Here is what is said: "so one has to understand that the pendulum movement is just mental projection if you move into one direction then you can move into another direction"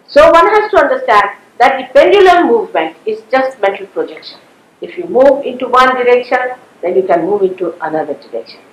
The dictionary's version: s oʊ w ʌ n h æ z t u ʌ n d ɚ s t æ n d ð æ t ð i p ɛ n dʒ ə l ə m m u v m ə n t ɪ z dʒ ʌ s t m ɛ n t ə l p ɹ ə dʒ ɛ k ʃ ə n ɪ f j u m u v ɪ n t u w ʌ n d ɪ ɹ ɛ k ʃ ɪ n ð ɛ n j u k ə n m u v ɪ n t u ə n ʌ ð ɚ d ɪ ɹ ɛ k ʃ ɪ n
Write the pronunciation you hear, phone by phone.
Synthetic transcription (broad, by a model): s oʊ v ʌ n h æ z t u ʌ n d ɚ s t æ n d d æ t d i p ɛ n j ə l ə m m u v m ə n t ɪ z dʒ ʌ s t m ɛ t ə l p ɹ ə dʒ ɛ k ʃ ə n ɪ f j u m u v ɪ n t u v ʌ n d ɪ ɹ ɛ k ʃ ɪ n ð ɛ n j u k ə n m u v ɪ n t u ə n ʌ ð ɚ d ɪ ɹ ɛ k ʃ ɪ n